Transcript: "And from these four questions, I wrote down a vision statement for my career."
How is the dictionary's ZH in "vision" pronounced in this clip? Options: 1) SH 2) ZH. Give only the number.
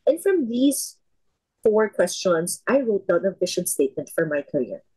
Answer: 1